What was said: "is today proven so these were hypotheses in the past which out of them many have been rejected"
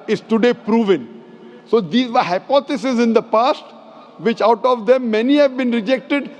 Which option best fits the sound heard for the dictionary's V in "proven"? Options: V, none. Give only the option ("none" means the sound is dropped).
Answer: V